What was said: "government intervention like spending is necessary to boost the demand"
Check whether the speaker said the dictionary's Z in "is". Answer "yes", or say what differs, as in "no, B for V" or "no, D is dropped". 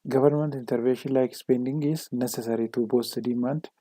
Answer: no, S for Z